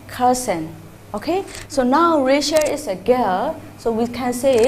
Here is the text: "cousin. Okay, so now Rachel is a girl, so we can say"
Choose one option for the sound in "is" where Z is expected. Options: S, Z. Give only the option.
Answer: S